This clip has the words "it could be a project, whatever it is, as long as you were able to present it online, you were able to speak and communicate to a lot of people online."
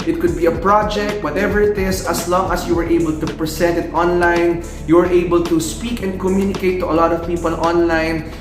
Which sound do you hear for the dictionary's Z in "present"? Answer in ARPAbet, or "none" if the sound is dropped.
S